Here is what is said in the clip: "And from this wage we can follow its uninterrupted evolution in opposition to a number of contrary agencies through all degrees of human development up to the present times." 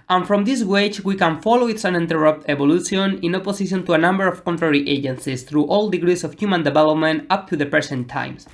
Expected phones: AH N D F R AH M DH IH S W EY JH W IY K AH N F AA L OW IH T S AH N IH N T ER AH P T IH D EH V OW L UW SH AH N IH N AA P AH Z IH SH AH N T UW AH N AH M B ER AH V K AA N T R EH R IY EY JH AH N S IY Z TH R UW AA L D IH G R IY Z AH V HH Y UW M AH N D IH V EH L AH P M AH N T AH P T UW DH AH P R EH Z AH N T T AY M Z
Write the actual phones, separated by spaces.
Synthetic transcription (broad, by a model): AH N F R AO M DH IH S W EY CH W IY K AH N F AA L OW IH T S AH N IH N T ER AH P T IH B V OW L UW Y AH N IH N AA P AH S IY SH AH N T UW AH N AH M B ER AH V K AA N T R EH R IY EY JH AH N S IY S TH R UW AA L D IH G R IY S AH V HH Y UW M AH N D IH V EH L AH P M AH N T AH P T UW DH AH P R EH S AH N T T AY M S